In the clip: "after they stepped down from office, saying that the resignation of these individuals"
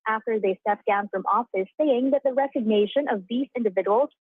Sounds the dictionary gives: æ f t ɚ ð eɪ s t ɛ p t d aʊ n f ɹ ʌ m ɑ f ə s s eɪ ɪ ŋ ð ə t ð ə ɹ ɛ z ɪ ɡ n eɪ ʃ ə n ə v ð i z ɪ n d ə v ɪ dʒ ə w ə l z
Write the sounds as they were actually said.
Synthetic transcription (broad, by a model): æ f t ɚ ð eɪ s t ɛ p d aʊ n f ɹ ʌ m ɑ f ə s s eɪ ɪ ŋ ð ə t ð ə ɹ ɛ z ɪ ɡ n eɪ ʃ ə n ə v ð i s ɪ n d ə v ɪ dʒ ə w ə l